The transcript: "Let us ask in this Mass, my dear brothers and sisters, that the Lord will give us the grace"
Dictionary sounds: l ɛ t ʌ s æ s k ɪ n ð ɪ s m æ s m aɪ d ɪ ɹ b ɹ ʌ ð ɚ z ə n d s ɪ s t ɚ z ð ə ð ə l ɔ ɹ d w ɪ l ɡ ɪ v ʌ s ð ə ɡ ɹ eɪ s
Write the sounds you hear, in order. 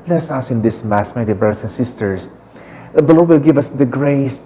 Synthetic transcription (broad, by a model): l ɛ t s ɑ s ɪ n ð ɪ s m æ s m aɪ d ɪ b ɹ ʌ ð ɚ s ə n s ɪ s t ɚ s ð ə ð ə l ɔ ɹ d w ɪ l ɡ ɪ v ʌ s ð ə ɡ ɹ eɪ s